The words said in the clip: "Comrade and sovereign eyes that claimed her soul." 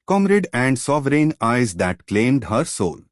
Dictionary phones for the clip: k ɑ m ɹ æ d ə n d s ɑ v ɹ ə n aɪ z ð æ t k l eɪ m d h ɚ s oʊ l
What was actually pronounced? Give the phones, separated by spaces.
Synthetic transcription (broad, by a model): k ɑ m ɹ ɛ d ə n d s ɑ v ɹ ə n aɪ z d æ t k l eɪ m d h ɚ s oʊ l